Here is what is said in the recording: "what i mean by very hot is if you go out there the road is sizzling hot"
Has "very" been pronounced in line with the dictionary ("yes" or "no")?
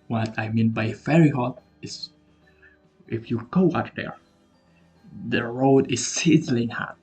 no